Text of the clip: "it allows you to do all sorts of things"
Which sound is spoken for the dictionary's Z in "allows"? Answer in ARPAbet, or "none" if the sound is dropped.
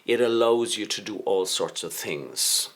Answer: Z